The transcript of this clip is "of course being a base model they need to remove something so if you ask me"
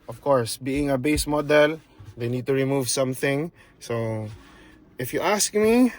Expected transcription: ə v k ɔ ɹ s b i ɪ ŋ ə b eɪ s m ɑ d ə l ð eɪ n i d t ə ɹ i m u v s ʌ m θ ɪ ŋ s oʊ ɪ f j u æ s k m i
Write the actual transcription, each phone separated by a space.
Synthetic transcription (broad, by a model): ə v k ɔ ɹ s b i ɪ ŋ ə b eɪ s m ɑ d ə l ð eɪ n i d t ə ɹ i m u v s ʌ m θ ɪ ŋ s oʊ ɪ f j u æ s k m i